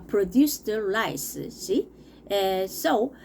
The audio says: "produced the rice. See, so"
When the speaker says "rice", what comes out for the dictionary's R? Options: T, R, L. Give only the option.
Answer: L